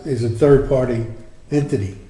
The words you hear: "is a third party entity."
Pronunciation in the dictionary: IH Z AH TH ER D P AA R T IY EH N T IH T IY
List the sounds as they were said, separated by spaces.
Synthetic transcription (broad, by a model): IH Z AH TH ER D P AA R T IY EH N T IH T IY